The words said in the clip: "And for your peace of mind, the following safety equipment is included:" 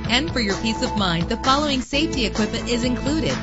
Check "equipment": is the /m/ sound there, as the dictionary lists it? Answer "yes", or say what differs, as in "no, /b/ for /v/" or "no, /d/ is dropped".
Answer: no, /m/ is dropped